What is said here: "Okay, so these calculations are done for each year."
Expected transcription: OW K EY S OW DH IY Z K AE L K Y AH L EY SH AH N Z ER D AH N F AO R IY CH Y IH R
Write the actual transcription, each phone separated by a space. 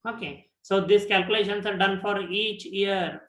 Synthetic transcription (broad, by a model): OW K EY S OW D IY S K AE L K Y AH L EY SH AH N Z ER D AH N F AO R IY CH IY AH R